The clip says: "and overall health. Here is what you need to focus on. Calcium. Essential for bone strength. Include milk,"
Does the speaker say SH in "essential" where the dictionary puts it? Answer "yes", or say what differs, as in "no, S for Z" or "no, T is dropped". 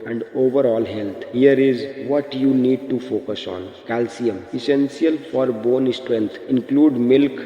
no, S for SH